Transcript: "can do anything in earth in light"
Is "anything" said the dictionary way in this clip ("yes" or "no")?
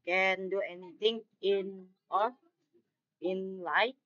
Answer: no